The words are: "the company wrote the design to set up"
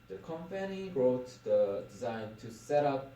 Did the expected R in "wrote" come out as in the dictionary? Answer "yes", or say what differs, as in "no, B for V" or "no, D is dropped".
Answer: yes